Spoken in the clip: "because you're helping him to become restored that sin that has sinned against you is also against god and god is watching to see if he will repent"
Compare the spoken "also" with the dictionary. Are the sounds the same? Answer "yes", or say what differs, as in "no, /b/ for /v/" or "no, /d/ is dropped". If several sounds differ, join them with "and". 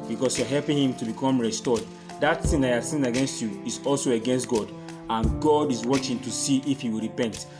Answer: yes